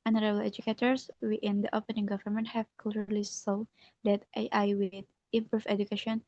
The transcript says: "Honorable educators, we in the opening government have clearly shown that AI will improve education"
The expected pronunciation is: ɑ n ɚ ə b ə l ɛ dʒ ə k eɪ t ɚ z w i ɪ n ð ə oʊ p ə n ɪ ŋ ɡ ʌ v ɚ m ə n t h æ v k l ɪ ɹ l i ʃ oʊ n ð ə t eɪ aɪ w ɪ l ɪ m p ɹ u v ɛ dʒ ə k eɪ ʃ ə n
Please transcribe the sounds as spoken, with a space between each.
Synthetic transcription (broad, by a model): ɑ n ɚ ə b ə l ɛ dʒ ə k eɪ t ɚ s w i ɪ n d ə oʊ p ə n ɪ ŋ ɡ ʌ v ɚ m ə n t h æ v k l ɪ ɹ l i s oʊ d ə t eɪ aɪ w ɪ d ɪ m p ɹ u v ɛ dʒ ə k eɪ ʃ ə n